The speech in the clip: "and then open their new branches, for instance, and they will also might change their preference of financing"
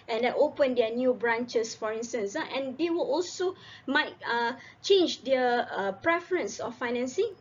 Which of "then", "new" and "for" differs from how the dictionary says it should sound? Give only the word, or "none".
then